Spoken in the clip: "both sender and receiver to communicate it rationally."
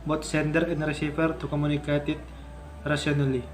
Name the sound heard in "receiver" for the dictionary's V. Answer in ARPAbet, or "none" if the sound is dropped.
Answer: F